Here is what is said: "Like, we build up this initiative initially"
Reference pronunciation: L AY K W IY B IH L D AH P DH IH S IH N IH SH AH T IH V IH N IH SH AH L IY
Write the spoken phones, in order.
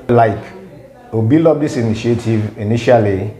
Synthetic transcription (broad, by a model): L AY K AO B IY L AO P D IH S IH N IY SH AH T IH V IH N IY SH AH L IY